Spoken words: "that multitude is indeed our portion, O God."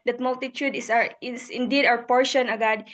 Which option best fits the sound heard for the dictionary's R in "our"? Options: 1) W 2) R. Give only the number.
1